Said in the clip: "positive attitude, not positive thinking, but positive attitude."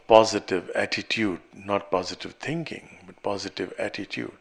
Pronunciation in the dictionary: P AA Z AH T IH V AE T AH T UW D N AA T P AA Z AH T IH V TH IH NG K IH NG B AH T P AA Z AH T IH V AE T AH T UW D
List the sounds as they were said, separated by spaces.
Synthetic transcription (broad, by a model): P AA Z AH T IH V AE T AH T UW D N AA T P AA Z AH T IH V T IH NG K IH NG B AH T P AA Z AH T IH V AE T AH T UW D